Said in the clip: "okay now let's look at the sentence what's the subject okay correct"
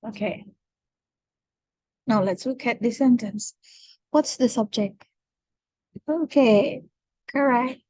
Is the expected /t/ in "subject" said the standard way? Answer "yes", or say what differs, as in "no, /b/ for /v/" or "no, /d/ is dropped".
yes